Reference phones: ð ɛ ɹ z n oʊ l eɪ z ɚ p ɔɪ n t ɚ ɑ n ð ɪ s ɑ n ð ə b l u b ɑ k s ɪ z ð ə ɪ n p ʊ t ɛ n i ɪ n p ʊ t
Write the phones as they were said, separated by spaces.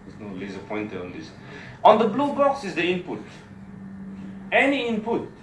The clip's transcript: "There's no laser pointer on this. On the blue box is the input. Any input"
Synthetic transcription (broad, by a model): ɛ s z n oʊ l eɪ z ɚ p ɔɪ n t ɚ ɑ n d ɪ s ɑ n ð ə b l u b ɑ k s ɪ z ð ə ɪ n p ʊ t ɛ n i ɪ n p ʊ t